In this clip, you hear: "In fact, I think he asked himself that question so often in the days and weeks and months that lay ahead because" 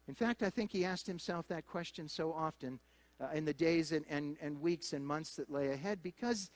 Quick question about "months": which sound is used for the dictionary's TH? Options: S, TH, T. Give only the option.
TH